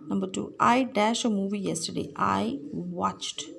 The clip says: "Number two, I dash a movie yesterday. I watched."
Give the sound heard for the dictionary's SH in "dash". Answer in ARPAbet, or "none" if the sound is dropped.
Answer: SH